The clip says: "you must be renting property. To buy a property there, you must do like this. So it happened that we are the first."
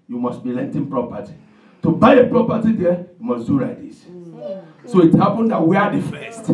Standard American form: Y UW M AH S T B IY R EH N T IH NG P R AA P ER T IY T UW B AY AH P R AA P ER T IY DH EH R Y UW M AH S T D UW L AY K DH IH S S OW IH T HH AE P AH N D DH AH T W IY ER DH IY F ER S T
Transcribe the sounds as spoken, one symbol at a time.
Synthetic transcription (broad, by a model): Y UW M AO S T B IY L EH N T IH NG P R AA P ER T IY T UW B AY AH P R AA P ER T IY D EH Y UW M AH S D UW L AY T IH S S OW IH T HH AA P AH N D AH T W IY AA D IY F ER S T